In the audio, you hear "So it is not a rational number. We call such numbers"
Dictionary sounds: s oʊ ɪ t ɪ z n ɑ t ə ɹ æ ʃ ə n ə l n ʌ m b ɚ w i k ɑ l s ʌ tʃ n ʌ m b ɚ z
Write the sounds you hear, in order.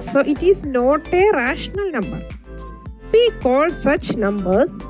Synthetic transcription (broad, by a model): s oʊ ɪ t ɪ z n ɑ t ə ɹ æ ʃ ə n ə l n ʌ m b ɚ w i k ɑ l s ʌ tʃ n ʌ m b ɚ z